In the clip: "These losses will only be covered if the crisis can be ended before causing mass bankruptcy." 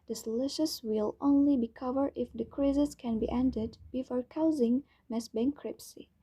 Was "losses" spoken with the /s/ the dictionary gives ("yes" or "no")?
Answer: no